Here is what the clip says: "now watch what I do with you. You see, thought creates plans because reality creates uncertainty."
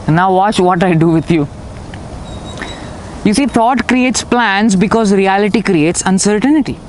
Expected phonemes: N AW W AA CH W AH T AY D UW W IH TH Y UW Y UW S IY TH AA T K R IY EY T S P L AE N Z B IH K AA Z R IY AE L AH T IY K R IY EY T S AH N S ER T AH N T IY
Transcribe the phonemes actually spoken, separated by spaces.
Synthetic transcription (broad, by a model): N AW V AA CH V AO T AY D UW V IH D Y UW Y UW S IY T AA T K R IY EY T S P L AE N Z B IH K AA Z R IY AE L AH T IY K R IY EY T S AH N S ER T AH N T IY